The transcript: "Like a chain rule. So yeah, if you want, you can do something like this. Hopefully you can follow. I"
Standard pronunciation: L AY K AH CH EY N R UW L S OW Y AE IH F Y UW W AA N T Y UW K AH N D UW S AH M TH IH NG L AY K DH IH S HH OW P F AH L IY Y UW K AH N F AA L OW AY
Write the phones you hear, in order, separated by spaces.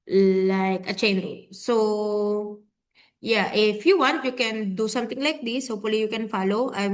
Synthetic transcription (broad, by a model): L AY K AH CH EY N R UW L S OW Y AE IH F Y UW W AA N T Y UW K AH N D UW S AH M T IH NG L AY K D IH S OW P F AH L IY Y UW K AH N F AA L OW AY